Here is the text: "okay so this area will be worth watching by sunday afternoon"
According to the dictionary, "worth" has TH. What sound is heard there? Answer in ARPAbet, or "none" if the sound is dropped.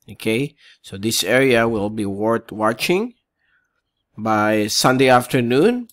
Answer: T